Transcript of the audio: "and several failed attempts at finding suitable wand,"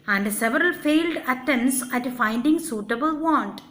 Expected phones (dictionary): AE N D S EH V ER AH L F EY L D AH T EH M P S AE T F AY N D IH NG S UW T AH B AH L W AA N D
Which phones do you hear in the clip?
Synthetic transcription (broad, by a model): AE N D S EH V ER AH L F EY L D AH T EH M S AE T F AY N D IH NG S UW T AH B AH L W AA N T